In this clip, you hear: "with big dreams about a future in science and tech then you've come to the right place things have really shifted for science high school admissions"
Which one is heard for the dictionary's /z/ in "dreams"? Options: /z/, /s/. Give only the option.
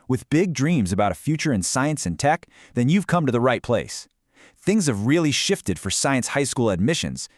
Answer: /z/